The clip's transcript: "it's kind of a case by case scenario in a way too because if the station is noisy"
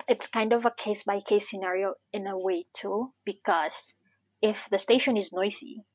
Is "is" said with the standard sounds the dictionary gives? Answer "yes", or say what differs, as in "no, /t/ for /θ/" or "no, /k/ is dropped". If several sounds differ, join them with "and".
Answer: yes